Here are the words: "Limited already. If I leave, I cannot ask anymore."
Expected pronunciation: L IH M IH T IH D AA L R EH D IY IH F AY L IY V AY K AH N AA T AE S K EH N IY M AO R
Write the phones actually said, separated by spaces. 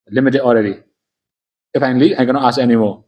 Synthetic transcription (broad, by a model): L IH M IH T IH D AA L R EH D IY IH F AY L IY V AY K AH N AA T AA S EH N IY M AO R